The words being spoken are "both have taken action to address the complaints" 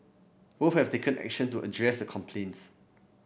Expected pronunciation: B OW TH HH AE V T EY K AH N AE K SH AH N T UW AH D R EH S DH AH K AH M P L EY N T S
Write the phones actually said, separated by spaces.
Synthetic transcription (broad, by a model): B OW F HH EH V T EY K AH N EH K SH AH N T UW AH D R EH S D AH K AH M P L EY N T S